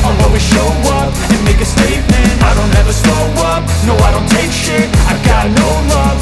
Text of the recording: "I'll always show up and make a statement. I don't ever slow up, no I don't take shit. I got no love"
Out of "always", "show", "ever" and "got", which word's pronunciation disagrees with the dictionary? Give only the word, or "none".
always